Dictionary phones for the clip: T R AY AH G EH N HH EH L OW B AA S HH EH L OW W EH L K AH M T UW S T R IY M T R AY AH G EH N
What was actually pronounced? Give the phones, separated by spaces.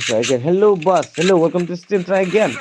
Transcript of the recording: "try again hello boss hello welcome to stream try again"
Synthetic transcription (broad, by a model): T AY AH G EH N HH EH L OW B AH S HH EH L OW W EH L K AH M T UW S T IY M T R AY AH G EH N